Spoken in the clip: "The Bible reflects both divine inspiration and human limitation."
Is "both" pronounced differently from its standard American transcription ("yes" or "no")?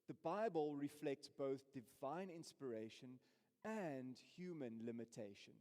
no